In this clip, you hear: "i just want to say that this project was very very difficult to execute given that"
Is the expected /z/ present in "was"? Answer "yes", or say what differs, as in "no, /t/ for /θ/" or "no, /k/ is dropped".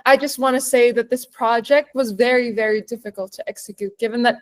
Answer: yes